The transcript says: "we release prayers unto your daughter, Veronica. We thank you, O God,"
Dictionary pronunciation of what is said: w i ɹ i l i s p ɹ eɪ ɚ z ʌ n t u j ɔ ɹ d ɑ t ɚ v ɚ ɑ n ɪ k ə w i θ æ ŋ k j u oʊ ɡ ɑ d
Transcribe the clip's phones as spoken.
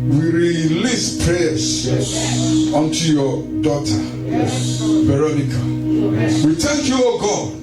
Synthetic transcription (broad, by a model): w i ɹ i l i s p ɹ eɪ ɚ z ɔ n t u j ɔ d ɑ t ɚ b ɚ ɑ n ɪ k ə w i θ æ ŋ k j u oʊ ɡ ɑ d